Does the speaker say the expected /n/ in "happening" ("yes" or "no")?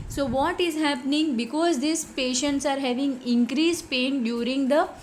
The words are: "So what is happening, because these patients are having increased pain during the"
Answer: yes